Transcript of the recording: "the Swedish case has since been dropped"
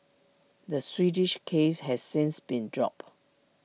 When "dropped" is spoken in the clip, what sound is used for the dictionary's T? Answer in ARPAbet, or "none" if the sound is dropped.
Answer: none